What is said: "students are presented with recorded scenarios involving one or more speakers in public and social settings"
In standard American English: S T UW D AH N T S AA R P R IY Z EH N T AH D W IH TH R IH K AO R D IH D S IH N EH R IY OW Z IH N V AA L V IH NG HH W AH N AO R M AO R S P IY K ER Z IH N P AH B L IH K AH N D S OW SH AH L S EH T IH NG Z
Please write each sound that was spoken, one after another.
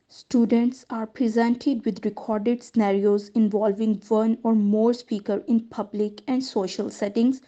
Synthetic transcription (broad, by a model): S T UW D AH N T S AA R P R IY Z EH N T AH D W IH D R IH K AO R D IH D S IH N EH R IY OW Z IH N V AA L V IH NG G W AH N AO R M AO R S P IY K ER IH N P AH B L IH K AH N D S OW SH AH L S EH T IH NG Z